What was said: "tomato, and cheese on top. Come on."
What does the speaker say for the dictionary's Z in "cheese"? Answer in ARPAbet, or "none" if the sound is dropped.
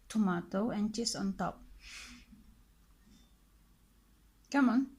S